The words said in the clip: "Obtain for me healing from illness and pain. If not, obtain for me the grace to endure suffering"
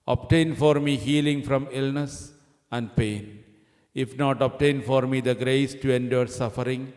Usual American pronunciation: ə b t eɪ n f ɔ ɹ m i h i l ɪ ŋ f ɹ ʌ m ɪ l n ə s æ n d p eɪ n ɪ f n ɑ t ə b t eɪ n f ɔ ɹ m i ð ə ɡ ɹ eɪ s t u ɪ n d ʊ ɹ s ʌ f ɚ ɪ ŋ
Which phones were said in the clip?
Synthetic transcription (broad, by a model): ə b t eɪ n f ɔ ɹ m i h i l ɪ ŋ f ɹ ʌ m ɪ l n ə s æ n d p eɪ n ɪ f n ɑ t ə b t eɪ n f ɔ ɹ m i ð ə ɡ ɹ eɪ s t u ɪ n d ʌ ɹ s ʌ f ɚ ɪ ŋ